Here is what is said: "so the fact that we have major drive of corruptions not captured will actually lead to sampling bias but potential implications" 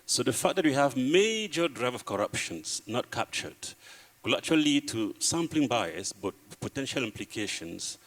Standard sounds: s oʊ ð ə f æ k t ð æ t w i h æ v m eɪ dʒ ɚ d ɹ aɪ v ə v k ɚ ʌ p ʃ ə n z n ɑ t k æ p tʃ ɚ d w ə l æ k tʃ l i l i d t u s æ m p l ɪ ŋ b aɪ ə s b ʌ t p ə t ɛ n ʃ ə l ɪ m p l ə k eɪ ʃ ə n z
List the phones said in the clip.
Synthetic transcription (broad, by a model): s oʊ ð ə f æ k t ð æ t w i h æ v m eɪ dʒ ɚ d ɹ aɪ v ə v k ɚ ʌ p ʃ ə n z n ɑ t k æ p tʃ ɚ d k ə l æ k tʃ i l i d t u s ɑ m p l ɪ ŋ b aɪ ə s b ʌ t p ə t ɛ n ʃ ə l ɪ m p l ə k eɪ ʃ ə n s